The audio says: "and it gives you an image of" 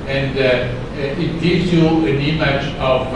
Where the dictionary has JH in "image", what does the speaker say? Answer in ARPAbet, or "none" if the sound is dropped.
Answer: CH